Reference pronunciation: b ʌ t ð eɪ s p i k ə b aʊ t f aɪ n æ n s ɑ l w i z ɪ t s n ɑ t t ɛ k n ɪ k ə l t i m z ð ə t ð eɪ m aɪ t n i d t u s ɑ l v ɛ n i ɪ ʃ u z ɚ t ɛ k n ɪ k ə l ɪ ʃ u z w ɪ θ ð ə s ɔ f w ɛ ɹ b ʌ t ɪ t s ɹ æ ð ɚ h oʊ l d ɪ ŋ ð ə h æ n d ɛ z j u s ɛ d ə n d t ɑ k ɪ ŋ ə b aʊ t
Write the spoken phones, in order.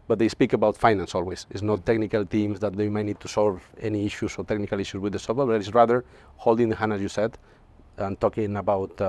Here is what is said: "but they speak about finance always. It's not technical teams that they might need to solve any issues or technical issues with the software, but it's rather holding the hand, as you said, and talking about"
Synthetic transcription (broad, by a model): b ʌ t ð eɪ s p i k ə b aʊ t f aɪ n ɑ n s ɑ l w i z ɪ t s n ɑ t t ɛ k n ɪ k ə l t i m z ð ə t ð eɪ m aɪ t n i d t u s ɑ l v ɛ n i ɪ ʃ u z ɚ t ɛ k n ɪ k ə l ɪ ʃ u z w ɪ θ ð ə s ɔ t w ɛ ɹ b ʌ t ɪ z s ɹ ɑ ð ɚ h oʊ l d ɪ ŋ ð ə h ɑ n ɑ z j u s ɛ d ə n t ɑ k ɪ ŋ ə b aʊ t